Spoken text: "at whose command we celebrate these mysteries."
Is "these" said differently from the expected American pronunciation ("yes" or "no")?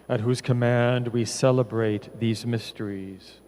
no